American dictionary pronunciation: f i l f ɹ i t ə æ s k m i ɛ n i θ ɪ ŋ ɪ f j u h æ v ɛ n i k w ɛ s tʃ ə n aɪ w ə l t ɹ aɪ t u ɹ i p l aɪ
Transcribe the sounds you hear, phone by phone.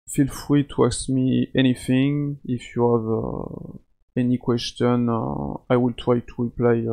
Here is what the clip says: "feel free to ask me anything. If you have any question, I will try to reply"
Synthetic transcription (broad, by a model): f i l f ɹ i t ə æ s m i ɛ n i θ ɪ ŋ ɪ f j u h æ v ɛ n i k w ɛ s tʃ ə n aɪ w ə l t ɹ aɪ t u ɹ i p l aɪ